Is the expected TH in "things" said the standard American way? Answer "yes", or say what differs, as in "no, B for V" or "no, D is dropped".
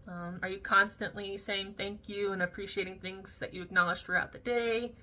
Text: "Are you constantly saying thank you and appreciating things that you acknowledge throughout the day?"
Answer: yes